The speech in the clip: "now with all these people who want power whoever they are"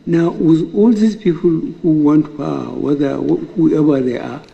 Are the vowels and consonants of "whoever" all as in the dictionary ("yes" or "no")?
no